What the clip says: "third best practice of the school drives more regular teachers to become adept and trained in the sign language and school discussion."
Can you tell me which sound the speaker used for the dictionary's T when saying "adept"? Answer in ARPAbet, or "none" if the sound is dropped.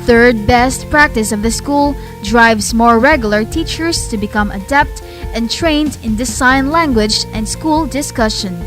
T